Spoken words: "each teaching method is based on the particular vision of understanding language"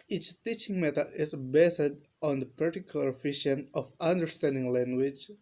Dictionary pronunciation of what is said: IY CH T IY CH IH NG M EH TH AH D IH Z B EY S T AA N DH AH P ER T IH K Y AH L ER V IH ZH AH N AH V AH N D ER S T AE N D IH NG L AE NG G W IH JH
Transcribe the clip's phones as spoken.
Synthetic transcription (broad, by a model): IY CH T IY CH IH NG M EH T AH IH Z B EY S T AA N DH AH P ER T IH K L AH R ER F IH SH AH N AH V AH N D ER S T AE N D IH NG L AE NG G W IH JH